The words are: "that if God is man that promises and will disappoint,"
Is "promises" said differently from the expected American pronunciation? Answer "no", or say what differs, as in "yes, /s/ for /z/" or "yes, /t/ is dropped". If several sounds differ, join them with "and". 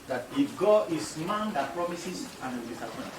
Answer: yes, /s/ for /z/